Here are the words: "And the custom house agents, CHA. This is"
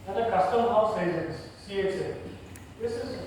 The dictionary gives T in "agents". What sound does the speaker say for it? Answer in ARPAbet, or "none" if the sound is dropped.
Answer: S